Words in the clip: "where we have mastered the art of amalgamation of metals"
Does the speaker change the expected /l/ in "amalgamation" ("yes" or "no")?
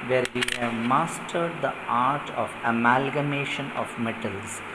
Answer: no